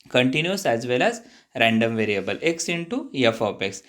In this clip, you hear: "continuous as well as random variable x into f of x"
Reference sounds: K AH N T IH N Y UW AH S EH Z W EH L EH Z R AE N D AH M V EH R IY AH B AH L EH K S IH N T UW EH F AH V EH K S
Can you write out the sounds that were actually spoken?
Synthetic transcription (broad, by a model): K AH N T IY N Y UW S EH Z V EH L EH Z R AE N D AH M V EH R IY AH B AH L EH K S IH N T UW EH F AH P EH K S